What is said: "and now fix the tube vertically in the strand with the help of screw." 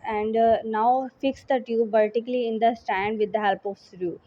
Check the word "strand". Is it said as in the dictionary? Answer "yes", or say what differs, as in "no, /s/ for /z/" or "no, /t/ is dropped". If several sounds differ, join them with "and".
no, /ɹ/ is dropped